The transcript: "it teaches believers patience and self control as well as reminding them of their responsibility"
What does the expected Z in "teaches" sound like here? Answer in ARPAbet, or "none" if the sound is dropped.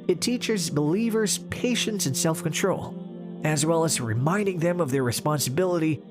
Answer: Z